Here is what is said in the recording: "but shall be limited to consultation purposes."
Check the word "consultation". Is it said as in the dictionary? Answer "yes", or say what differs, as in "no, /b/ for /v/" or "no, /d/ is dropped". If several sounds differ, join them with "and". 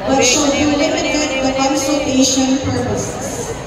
no, /l/ is dropped